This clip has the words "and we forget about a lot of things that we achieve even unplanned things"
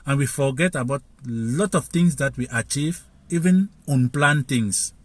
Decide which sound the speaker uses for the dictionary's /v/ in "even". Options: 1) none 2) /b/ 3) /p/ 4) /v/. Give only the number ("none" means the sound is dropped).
4